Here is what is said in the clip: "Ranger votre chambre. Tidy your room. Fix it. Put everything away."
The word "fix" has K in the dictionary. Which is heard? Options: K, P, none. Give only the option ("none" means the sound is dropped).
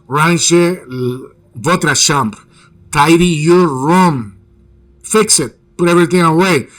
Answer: K